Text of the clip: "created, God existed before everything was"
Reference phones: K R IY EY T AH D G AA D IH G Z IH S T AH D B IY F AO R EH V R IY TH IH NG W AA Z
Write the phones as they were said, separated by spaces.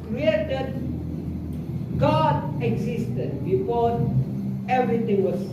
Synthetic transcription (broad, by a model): K R IY EY T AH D G AA D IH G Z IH S T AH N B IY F AO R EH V R IY T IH NG W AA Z